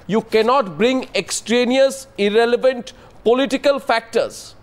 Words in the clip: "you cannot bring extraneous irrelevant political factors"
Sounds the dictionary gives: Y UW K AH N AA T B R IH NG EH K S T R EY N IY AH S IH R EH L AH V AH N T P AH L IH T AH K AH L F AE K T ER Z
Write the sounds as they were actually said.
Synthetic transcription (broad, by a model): Y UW K AH N AA T B R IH NG EH K S T R EY N IY AH S IH R EH L AH V AH N T P AH L IH T AH K AH L F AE K T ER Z